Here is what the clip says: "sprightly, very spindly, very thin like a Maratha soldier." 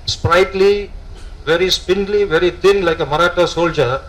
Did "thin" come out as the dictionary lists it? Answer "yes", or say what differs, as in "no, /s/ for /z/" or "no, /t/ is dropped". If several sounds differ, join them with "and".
no, /t/ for /θ/